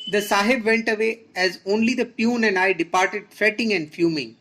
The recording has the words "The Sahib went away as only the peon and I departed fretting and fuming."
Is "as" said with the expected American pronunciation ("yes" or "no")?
yes